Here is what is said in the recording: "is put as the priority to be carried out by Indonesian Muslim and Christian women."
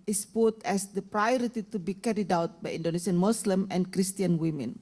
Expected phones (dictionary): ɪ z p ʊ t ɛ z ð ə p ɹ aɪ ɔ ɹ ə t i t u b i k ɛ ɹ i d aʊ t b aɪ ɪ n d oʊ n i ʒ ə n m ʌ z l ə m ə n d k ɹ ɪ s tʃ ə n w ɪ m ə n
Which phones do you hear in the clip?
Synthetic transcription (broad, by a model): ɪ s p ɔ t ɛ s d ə p ɹ aɪ ɔ ɹ ə t i t u b i k ɛ ɹ i d aʊ t b aɪ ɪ n d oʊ n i s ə n m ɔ s l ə m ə n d k ɹ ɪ s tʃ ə n w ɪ m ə n